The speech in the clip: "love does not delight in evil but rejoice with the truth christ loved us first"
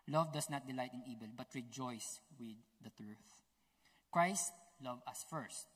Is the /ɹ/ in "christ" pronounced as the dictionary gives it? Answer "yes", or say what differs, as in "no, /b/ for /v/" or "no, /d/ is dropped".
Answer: yes